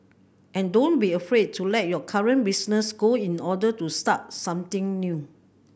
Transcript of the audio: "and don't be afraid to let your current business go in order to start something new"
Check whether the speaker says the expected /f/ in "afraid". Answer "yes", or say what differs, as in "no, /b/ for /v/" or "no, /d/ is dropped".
yes